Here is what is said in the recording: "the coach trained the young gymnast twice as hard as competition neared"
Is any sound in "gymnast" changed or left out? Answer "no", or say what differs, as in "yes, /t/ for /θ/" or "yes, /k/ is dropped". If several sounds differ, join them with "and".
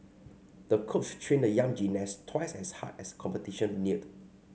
yes, /m/ is dropped